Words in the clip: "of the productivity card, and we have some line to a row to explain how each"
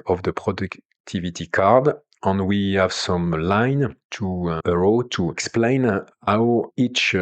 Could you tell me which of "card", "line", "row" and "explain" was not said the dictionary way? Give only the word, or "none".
none